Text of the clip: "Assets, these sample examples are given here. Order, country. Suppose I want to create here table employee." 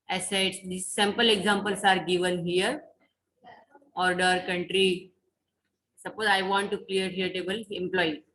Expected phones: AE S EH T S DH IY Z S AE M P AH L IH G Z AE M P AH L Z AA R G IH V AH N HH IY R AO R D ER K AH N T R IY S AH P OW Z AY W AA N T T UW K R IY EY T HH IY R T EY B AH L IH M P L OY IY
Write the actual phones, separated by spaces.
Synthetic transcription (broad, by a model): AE S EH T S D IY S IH M P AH L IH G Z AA M P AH L S AA R G IH V AH N HH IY R AO R D ER K AH N T R IY S AH P OW Z AY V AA N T T UW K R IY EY T HH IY R T EY B AH L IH M P L OY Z